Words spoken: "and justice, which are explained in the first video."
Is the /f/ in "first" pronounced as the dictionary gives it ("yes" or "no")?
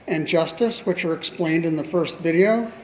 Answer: yes